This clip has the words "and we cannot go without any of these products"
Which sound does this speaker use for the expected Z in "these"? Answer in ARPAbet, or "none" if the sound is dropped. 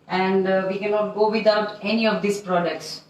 S